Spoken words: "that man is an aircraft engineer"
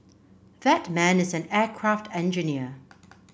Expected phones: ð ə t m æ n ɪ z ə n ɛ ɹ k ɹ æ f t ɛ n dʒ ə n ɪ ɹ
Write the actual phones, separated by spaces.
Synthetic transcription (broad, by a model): ð ə t m æ n ɪ z ə n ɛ k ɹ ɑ f t ɛ n dʒ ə n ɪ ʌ